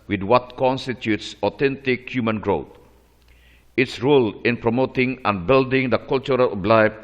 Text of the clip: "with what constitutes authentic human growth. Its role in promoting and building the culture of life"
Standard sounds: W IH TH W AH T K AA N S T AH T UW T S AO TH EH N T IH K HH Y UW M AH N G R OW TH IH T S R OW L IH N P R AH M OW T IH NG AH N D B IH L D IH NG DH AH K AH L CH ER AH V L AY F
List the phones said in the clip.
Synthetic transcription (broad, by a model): W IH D W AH T K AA N S T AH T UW T S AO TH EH N T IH K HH Y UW M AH N G R OW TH IH T S R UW L IH N P R AH M OW T IH NG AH N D B IH L D IH NG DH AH K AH L CH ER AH B L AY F